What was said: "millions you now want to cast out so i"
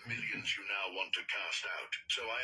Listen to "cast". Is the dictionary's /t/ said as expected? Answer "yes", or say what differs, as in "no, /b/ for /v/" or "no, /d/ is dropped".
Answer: yes